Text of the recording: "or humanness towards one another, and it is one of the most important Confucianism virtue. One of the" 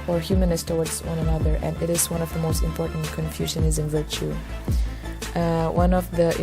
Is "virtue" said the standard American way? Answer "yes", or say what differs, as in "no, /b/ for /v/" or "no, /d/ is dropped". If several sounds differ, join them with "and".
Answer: yes